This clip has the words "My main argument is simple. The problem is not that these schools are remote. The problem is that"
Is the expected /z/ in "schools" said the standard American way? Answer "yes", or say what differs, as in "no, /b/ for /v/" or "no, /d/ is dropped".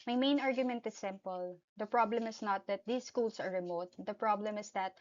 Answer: no, /s/ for /z/